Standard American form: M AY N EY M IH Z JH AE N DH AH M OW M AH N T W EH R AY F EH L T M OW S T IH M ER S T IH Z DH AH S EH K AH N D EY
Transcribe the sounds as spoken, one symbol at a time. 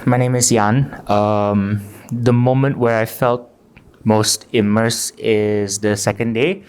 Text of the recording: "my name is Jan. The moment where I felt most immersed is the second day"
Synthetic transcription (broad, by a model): M AY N EY M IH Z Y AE N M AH M OW M AH N T W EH R AY F EH L T M OW S T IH M ER S IH Z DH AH S EH K AH N D EY